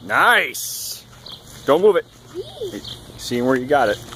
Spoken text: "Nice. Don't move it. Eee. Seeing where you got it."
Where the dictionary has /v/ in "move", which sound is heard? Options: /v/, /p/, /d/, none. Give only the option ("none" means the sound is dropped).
/v/